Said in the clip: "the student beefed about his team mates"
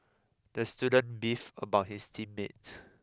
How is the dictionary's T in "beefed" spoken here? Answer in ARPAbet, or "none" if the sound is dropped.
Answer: none